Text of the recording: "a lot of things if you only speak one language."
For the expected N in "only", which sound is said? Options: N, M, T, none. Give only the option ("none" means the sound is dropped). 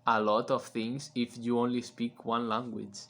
N